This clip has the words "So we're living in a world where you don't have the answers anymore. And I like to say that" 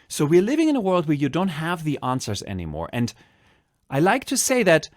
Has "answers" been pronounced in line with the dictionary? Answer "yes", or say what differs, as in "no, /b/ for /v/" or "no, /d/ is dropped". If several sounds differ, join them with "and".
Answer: yes